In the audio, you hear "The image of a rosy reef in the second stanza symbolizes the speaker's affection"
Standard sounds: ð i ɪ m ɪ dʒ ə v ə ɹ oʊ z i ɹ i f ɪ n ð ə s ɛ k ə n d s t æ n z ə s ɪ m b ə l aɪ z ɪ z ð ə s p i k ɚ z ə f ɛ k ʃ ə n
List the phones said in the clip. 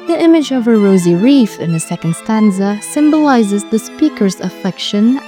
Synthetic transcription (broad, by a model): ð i ɪ m ɪ dʒ ə v ə ɹ oʊ z i ɹ i f ɪ n ð ə s ɛ k ə n d s t æ n z ə s ɪ m b ə l aɪ z ɪ z ð ə s p i k ɚ z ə f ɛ k ʃ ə n